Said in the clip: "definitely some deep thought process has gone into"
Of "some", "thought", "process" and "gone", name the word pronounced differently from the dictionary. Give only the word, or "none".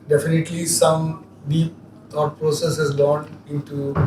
thought